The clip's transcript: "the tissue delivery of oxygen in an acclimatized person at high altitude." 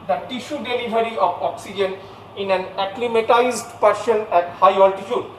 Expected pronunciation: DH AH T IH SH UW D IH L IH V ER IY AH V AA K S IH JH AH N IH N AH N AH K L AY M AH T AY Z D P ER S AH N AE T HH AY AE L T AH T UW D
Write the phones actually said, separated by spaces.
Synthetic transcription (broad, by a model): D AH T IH SH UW D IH L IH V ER IY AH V AA K S IH JH AH N IH N AH N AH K L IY M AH T AY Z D P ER SH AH N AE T HH AY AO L T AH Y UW D